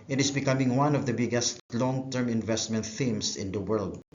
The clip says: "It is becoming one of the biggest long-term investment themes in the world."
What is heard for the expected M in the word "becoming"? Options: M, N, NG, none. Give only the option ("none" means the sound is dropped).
M